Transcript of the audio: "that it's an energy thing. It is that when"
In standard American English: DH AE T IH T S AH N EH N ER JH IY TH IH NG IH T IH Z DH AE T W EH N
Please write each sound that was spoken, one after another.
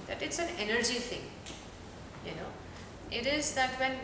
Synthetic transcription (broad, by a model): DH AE T IH T S AH N EH N ER JH IY T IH NG IH T IH Z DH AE T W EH N